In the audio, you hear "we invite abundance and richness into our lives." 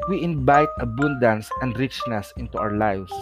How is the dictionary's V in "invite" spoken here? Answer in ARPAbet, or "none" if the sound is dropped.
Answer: B